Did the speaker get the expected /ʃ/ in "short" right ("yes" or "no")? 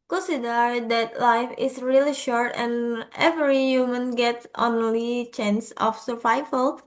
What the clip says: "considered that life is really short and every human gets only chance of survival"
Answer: yes